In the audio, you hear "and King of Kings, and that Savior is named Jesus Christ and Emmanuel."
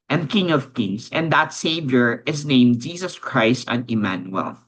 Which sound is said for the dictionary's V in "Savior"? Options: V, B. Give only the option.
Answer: V